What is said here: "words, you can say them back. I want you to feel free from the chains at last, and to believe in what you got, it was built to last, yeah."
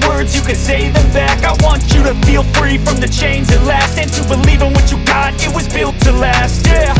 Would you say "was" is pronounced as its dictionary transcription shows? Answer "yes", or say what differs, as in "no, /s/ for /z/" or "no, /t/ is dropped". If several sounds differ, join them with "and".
yes